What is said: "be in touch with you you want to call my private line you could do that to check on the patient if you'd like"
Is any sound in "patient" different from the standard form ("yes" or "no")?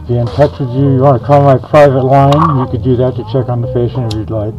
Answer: yes